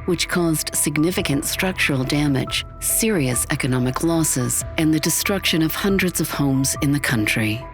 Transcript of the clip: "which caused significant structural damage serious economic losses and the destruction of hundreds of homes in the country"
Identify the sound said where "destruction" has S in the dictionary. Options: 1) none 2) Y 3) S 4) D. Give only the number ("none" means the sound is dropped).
3